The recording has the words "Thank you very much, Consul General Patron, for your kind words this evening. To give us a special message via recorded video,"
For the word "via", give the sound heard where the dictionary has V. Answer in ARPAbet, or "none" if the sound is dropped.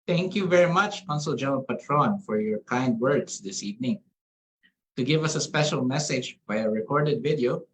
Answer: B